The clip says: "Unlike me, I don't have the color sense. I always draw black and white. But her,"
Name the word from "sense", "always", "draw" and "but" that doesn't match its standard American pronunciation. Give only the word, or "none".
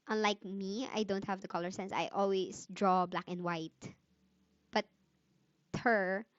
always